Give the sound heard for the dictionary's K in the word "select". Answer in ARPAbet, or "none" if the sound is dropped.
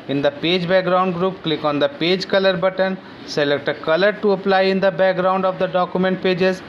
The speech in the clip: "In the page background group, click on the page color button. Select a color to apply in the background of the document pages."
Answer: K